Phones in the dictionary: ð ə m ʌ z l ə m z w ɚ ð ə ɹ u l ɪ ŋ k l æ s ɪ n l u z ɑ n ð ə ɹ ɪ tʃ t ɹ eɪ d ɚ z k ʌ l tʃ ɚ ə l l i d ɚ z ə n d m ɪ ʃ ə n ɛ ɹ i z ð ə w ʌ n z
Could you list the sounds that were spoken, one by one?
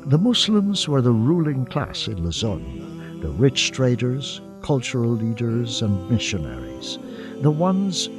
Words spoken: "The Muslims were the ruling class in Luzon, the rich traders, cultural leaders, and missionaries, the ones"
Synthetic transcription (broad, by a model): ð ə m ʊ s l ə m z w ɚ ð ə ɹ u l ɪ ŋ k l æ s ɪ n l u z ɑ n ð ə ɹ ɪ tʃ t ɹ eɪ d ɚ z k ʌ l tʃ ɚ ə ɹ l i d ɚ z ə n m ɪ ʃ ə n ɛ ɹ i z ð ə w ʌ n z